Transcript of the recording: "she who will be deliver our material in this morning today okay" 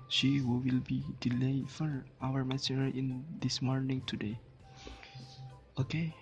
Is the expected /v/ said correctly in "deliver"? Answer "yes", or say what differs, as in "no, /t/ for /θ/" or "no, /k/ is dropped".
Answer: no, /f/ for /v/